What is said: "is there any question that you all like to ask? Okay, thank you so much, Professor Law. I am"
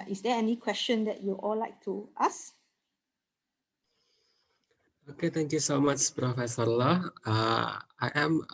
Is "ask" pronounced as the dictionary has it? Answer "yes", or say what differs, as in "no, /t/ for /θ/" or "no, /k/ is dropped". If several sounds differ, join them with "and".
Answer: no, /k/ is dropped